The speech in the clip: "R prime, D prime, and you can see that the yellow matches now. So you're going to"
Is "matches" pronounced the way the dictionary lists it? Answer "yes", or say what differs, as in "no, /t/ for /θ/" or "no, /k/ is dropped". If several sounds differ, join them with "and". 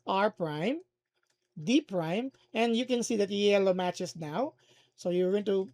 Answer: no, /s/ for /z/